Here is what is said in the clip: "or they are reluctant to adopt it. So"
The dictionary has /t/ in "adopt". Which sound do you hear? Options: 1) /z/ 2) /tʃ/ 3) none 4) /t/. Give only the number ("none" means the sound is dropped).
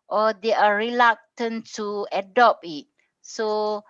3